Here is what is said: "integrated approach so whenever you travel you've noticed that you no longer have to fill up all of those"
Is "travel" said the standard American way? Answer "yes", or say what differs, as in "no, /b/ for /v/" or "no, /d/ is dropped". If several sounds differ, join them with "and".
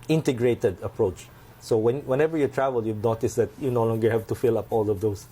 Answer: yes